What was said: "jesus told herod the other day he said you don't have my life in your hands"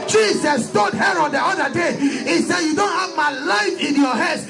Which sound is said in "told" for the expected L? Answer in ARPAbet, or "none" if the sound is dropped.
none